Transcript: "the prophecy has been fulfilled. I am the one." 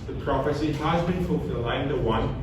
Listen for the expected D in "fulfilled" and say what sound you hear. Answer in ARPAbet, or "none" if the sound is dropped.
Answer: none